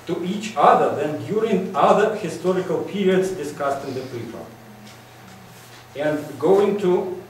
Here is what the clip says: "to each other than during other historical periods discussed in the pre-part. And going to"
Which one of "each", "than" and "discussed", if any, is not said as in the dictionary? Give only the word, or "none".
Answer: none